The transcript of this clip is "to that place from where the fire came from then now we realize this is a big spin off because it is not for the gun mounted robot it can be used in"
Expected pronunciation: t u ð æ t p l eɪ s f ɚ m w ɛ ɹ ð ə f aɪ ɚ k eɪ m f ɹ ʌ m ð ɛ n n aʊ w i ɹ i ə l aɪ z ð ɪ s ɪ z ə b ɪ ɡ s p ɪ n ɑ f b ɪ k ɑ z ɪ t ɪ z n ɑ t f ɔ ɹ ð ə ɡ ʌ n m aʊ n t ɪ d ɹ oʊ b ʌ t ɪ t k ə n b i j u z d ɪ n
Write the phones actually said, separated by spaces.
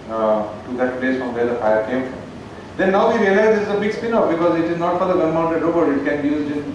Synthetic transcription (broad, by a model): t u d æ t p l eɪ s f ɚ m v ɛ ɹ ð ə f aɪ ɚ k eɪ m f ɹ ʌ m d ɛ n n aʊ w i ɹ i ə l aɪ z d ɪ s ɪ z ə b ɪ ɡ s p ɪ n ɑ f b ɪ k ɑ z ɪ t ɪ z n ɑ t f ɔ ɹ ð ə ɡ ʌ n m aʊ n t ɪ d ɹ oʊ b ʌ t ɪ t k ə n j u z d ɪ